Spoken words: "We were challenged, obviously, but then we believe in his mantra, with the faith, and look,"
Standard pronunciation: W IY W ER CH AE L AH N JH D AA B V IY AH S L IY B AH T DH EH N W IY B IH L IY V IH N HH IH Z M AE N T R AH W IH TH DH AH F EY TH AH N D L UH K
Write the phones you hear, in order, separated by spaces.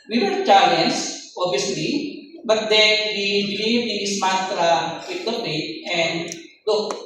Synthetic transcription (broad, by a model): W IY W ER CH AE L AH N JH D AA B IY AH S L IY B AH T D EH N W IY B IH L IY V IH N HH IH S M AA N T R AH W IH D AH P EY T AH N D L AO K